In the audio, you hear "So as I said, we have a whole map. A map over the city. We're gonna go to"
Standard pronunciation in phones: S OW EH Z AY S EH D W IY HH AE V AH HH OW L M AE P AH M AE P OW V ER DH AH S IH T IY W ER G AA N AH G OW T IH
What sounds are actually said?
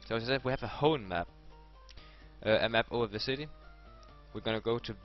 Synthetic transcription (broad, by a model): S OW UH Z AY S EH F W IY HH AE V AH HH OW N M AE P AH M AE P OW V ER DH AH S IH T IY W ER G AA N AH G OW T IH